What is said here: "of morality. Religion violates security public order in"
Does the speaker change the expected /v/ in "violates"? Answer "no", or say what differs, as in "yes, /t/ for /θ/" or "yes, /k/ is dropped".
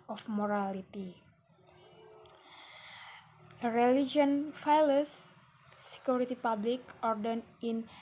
yes, /f/ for /v/